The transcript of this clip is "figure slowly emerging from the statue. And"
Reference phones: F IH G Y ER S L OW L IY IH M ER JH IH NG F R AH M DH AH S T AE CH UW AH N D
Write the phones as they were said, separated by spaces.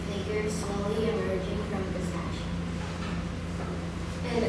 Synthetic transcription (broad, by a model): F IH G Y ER S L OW L IY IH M ER JH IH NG F R AH M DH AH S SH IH S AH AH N